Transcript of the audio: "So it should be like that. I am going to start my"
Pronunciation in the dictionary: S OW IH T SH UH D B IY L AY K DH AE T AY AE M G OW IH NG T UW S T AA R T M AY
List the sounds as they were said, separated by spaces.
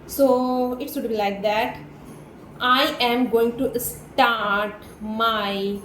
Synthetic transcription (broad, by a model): S OW IH T S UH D B IY L AY K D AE T AY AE M G OW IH NG T UW S T AA R T M AY